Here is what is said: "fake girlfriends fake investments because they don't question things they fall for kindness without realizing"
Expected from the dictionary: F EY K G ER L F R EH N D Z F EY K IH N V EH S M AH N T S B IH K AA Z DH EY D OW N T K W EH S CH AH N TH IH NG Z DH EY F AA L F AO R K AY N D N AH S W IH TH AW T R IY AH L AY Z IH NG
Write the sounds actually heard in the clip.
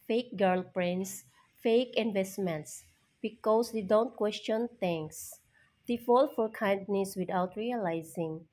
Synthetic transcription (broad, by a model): F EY K G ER L P R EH N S F EY K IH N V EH S M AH N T S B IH K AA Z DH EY D OW N T K W EH S CH AH N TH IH NG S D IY F AA L F AO R K AY N D N AH S W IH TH AW T R IY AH L AY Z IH NG